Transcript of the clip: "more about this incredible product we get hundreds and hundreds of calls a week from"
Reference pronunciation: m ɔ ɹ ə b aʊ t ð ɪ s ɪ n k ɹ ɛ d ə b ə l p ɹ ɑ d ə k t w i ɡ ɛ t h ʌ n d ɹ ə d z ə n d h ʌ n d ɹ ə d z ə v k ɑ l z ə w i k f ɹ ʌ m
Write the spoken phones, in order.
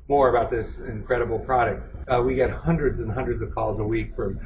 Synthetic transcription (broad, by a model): m ɔ ɹ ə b aʊ t ð ɪ s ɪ n k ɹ ɛ d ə b l p ɹ ɑ d ə k t w i ɡ ɛ t h ʌ n d ɹ ə d z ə n h ʌ n d ɹ ə d z ə v k ɑ l z ə w i k f ɹ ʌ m